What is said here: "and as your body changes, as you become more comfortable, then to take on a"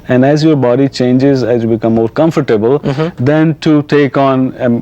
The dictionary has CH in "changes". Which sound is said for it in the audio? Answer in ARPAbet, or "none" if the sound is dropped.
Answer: CH